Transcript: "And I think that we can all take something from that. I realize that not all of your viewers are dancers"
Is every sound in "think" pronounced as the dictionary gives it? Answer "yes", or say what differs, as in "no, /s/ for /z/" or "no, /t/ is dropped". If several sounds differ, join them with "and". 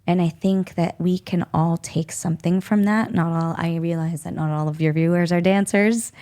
yes